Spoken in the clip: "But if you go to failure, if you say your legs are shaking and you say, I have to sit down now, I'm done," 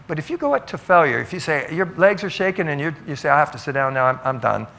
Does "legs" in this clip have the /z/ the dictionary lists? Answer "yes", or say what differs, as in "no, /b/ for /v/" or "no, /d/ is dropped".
yes